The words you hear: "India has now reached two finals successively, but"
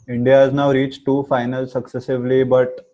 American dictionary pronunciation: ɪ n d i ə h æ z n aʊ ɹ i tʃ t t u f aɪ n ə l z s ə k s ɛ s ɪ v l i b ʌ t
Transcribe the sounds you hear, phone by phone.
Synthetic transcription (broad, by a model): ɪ n d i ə h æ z n aʊ ɹ i tʃ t t u f aɪ n ə l s ə k s ɛ s ɪ v l i b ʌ t